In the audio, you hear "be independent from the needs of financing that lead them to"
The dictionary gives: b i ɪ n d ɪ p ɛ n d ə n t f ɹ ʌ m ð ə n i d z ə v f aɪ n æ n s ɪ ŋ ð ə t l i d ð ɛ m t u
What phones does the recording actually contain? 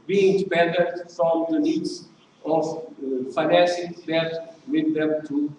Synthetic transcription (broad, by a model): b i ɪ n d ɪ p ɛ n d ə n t f ɹ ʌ m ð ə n i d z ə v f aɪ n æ s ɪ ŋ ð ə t w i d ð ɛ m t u